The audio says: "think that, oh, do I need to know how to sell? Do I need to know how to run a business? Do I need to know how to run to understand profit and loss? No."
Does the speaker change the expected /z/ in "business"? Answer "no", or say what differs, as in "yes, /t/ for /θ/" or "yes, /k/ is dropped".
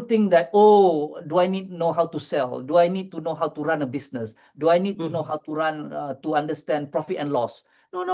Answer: yes, /s/ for /z/